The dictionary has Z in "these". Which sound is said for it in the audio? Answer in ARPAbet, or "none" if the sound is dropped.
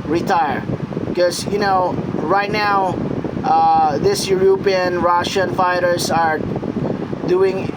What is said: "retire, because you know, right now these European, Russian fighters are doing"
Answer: S